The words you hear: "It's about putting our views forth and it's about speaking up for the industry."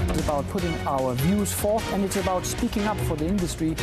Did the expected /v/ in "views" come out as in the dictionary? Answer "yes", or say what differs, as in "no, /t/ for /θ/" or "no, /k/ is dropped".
yes